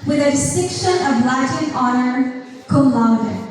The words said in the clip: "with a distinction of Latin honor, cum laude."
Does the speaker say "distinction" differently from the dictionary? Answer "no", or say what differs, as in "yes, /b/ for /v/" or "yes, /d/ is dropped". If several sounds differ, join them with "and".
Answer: yes, /ŋ/ is dropped